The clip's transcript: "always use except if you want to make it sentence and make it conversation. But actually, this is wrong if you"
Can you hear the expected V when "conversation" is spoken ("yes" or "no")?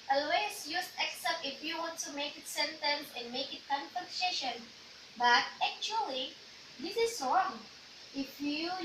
no